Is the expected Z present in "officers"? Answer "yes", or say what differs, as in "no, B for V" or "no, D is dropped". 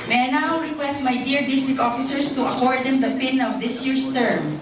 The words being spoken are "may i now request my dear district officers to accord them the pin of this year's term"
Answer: no, S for Z